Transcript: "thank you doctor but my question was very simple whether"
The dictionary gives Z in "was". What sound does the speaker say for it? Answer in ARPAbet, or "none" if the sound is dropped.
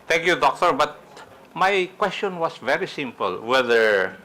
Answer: S